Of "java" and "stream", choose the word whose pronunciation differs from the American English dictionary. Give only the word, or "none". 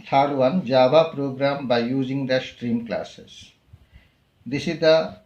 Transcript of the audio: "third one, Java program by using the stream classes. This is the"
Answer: java